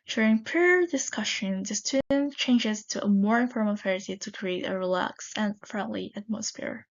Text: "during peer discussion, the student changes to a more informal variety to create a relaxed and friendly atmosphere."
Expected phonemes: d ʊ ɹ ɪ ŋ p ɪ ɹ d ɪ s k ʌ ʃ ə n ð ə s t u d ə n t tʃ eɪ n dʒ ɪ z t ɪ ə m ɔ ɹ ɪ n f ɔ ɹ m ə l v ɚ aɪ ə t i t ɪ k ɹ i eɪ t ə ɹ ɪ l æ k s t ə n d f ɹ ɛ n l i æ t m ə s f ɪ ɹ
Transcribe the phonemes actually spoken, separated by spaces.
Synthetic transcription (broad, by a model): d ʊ ɹ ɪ ŋ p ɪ ɹ d ɪ s k ʌ ʃ ə n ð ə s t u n tʃ eɪ n dʒ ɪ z t ɪ ə m ɔ ɹ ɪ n f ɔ ɹ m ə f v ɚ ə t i t ɪ k ɹ i eɪ t ə ɹ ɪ l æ k s ə n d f ɹ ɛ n l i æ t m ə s f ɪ ɹ